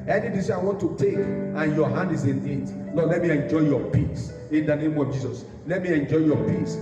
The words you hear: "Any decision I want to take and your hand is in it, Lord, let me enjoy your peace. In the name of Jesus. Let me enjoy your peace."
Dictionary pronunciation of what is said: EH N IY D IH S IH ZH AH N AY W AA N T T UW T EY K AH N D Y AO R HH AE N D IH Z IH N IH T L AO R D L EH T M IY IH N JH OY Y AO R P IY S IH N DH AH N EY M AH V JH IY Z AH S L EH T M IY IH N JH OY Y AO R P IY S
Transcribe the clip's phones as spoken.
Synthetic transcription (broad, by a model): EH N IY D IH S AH IH W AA N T T UW T EY K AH N Y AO HH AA N D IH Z IH N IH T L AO L EH T M IY IH N JH OY Y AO P IY S IH N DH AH N EY M AH V JH IY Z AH S L EH T M IY IH N JH OY Y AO P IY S